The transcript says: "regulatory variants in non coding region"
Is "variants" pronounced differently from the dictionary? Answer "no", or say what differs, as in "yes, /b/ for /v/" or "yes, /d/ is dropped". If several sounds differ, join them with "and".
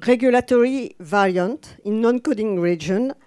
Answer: yes, /s/ is dropped